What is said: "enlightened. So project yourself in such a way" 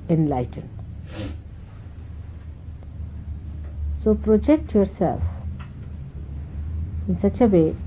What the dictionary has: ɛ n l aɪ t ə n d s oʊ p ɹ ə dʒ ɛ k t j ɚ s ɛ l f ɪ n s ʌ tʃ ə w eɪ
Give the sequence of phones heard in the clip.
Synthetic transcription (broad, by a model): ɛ n l aɪ t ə n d s oʊ p ɹ ə dʒ ɛ k t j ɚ s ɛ l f ɪ n s ʌ tʃ ə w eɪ